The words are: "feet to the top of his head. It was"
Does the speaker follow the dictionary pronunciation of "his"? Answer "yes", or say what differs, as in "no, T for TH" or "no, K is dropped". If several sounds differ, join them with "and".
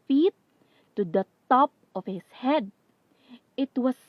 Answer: no, S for Z